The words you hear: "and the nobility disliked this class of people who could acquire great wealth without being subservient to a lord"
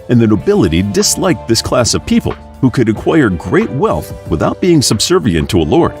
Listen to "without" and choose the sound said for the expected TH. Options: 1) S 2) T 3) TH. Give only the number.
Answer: 3